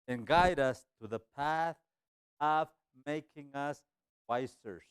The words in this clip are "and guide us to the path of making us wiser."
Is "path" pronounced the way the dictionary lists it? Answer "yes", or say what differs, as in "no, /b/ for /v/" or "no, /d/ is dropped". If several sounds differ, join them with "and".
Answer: yes